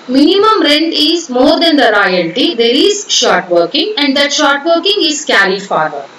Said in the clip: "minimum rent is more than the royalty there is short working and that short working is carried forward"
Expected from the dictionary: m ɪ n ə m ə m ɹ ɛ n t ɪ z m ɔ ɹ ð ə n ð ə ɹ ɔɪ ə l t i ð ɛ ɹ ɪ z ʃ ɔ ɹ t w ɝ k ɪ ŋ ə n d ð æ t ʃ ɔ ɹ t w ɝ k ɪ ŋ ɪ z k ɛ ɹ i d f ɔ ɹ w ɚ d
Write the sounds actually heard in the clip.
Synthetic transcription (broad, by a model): m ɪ n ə m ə m ɹ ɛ n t ɪ z m ɔ ɹ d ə n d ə ɹ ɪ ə n t i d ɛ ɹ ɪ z ʃ ɔ ɹ t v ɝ k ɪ ŋ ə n d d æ t ʃ ɔ ɹ t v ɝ k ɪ ŋ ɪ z k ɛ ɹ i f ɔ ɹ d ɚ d